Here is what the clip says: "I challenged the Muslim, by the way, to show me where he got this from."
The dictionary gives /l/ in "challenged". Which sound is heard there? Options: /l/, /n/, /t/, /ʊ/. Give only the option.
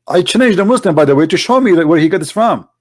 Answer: /n/